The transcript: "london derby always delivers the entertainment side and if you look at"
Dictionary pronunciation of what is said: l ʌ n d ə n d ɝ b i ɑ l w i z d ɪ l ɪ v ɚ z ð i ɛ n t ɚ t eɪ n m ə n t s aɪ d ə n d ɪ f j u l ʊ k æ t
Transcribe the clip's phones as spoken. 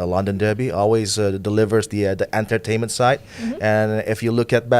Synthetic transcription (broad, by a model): l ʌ n d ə n d ɝ b i ɑ l w i z d ɪ l ɪ v ɚ z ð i ɛ n t ɚ t eɪ n m ə n t s aɪ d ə n ɪ f j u l ʊ k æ t